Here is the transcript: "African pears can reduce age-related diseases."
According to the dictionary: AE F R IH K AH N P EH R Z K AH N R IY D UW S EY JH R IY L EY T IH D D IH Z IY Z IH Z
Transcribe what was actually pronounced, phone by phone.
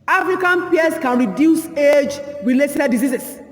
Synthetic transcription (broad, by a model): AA F R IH K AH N P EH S K AH N R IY D UW S EY JH W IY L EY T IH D D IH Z IY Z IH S